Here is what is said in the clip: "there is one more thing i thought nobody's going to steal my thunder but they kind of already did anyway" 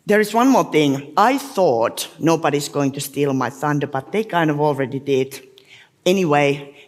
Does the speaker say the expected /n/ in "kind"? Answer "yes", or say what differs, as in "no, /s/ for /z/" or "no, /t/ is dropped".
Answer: yes